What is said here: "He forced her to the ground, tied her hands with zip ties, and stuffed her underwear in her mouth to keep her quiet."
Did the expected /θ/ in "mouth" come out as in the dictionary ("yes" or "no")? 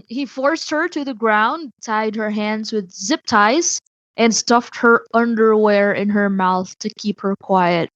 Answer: yes